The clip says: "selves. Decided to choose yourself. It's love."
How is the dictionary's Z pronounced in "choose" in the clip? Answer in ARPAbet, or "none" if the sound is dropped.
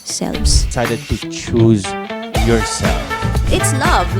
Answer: Z